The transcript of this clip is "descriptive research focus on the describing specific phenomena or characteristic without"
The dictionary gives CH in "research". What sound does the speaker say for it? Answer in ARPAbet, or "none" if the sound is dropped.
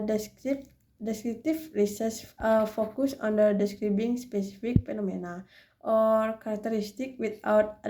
S